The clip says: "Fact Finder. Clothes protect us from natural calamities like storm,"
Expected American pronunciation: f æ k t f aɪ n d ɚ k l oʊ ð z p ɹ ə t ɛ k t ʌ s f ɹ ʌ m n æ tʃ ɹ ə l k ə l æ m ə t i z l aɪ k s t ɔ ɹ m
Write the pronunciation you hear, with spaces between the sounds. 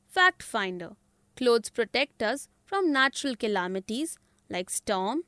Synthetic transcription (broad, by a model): f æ k t f aɪ n d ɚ k l oʊ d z p ɹ ə t ɛ k t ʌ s f ɹ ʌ m n æ tʃ ɹ ə l k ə l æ m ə t i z l aɪ k s t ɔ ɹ m